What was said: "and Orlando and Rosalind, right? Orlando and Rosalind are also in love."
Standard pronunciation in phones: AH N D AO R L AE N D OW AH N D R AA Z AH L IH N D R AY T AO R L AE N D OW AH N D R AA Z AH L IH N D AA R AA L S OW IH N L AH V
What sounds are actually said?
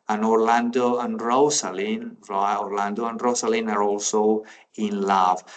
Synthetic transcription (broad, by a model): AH N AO R L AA N D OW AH N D R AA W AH L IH N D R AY AO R L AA N D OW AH N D R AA S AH L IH N AA R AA L S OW IH N L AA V